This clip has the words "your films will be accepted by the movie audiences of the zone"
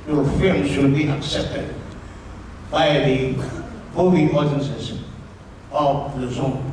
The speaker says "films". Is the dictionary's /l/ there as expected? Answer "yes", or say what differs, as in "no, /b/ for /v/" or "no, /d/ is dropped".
no, /l/ is dropped